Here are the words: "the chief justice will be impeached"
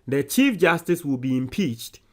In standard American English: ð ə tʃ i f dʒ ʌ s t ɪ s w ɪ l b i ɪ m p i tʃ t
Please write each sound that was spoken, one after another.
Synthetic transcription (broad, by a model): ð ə tʃ i f dʒ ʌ s t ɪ s w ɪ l b i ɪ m p i tʃ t